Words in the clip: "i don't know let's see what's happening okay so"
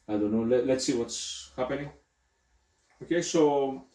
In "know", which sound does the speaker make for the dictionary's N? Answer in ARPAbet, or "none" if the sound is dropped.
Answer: L